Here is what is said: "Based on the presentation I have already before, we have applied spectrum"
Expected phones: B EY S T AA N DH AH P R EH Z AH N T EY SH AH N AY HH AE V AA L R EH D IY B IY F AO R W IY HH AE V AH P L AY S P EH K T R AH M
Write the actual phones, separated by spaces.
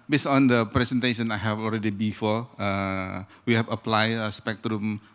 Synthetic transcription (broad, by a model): B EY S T AA N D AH P R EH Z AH N T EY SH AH N AY HH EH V AA L R EH D IY B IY F AO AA W IY HH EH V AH P L AY S P EH K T R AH M